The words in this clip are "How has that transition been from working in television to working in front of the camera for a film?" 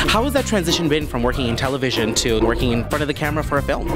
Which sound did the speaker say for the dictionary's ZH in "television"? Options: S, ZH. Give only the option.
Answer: ZH